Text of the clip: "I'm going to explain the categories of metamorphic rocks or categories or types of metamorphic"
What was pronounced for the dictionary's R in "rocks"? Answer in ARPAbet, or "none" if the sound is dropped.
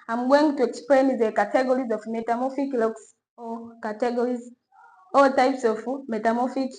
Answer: L